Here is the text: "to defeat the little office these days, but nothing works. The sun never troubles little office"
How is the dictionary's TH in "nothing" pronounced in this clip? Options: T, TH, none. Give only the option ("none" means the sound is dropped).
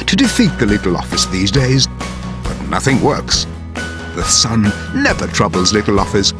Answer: TH